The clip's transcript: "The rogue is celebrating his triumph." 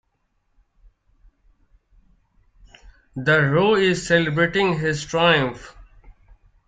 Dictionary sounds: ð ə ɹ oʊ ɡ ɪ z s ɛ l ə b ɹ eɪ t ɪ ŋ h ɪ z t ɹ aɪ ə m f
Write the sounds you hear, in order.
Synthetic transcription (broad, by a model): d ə ɹ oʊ ɪ z s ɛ l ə b ɹ eɪ t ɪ ŋ h ɪ z t ɹ aɪ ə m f